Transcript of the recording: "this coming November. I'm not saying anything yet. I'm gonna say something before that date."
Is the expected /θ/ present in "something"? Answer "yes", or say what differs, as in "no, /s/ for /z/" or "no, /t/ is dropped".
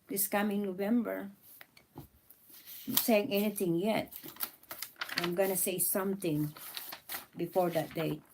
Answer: no, /t/ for /θ/